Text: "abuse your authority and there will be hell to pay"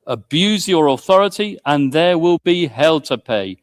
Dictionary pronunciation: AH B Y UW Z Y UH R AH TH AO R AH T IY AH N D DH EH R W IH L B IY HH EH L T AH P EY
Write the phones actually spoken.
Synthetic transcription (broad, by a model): AH B Y UW Z Y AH R AH TH AO R AH T IY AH N DH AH W IH L B IY HH EH L T AH P EY